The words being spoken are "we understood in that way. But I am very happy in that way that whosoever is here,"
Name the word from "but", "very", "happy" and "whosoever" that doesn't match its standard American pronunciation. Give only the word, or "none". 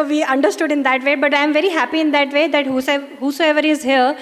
none